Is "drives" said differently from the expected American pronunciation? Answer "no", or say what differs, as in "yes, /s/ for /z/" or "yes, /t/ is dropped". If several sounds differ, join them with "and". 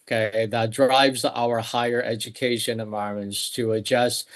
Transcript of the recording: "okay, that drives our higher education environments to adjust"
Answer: no